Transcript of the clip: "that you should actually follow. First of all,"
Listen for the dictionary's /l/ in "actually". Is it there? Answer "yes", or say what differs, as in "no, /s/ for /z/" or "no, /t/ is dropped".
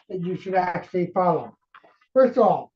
yes